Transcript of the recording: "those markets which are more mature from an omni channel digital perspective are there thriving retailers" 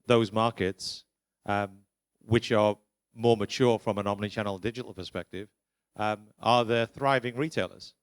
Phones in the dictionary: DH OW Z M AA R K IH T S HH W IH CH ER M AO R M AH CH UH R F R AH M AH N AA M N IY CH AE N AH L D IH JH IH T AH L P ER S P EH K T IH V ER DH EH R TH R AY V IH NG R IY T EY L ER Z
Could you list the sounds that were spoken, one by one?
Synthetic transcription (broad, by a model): DH OW Z M AA R K IH T S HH W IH CH ER M AO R M AH CH UH R F R AH M AH N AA M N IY CH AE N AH N D IH JH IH T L P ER S P EH K T IH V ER DH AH TH R AY V IH NG R IY T EY L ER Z